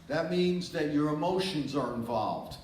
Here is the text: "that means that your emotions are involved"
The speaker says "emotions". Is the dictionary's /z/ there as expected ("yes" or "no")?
yes